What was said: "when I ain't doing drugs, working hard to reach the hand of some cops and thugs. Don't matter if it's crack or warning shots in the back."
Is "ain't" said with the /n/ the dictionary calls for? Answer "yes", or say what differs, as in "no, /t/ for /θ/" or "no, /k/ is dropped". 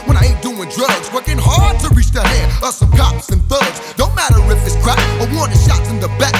no, /n/ is dropped